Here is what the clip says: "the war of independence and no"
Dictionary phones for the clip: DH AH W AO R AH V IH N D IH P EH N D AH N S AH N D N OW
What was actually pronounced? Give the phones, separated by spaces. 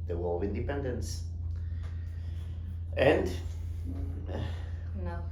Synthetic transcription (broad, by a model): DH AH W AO L AH V IH N D IH P EH N D AH N S AH N D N